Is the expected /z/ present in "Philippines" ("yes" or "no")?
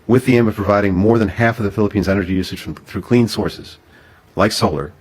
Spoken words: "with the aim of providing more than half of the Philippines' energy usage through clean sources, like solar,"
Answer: yes